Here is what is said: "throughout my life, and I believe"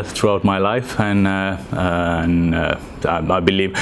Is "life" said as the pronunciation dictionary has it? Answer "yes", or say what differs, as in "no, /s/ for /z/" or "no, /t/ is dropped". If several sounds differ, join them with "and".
yes